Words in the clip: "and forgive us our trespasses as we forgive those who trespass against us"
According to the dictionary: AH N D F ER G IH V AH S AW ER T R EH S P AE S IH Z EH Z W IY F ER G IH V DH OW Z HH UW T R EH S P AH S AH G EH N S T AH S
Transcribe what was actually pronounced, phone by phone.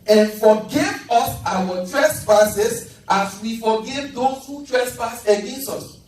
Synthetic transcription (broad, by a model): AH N F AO G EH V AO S AW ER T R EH S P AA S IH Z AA S W IY F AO G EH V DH OW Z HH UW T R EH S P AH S AH G EH N S T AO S